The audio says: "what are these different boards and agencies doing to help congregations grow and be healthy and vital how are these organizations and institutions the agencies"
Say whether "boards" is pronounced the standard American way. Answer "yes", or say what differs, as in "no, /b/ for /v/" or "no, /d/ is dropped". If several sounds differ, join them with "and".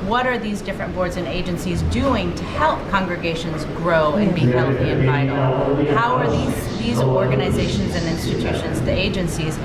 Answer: yes